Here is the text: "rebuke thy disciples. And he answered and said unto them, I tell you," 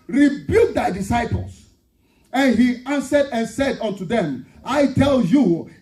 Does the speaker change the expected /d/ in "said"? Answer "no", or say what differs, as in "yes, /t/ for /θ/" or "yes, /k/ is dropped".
no